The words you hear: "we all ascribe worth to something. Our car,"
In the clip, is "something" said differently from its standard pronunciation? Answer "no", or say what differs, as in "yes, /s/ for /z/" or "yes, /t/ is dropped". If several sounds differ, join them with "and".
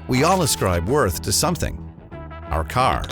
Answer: no